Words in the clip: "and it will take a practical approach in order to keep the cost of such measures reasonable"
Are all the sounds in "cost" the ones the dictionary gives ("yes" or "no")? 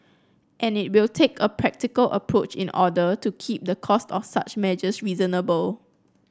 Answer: yes